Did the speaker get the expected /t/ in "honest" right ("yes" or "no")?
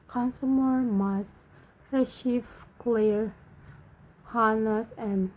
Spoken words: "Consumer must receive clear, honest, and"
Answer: no